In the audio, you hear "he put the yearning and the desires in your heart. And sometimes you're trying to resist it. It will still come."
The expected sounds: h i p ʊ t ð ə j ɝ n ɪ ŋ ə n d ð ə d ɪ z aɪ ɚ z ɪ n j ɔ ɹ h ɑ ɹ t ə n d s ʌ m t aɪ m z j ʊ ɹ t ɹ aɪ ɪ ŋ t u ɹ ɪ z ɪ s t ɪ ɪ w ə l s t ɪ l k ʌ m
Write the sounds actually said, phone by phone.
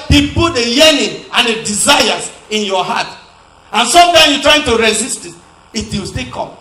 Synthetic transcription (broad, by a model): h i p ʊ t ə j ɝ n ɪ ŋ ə n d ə d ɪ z aɪ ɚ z ɪ n j ɔ h ɑ t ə n s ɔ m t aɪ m j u t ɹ aɪ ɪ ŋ t u ɹ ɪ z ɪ s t ɪ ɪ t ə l s t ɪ k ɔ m